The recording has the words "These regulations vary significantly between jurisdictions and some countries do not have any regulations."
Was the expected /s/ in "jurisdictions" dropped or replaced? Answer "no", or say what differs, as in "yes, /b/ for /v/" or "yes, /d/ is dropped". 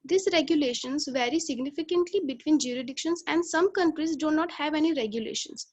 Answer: yes, /s/ is dropped